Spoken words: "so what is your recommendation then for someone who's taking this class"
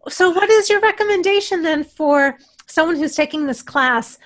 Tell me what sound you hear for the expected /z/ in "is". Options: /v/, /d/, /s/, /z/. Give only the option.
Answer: /z/